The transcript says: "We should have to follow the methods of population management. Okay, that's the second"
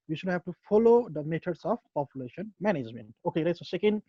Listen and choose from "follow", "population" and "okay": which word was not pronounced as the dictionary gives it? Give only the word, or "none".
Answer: none